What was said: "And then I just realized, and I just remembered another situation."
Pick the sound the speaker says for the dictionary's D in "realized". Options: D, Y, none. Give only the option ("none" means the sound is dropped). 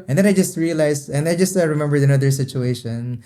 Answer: none